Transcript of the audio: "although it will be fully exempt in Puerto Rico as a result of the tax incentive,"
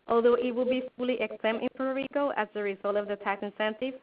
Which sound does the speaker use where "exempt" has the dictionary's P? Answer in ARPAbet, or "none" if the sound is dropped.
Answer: none